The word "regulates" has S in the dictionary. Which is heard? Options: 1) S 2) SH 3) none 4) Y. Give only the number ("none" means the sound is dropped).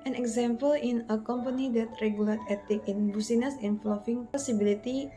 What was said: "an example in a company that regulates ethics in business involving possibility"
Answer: 3